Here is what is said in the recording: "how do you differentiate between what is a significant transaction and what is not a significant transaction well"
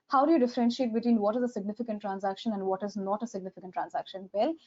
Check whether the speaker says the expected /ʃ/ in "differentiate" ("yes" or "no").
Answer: yes